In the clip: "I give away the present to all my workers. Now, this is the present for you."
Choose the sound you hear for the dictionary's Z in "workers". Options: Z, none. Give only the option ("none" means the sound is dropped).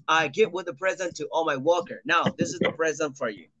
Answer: none